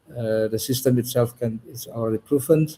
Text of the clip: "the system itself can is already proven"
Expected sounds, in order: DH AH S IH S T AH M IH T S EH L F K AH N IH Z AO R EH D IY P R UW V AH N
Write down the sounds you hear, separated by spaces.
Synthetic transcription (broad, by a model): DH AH S IH S T AH M IH T S EH L F K AH N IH S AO L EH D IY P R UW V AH N